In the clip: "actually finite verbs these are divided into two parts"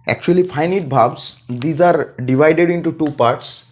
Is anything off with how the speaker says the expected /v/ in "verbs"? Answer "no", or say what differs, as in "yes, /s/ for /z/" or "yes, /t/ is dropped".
yes, /b/ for /v/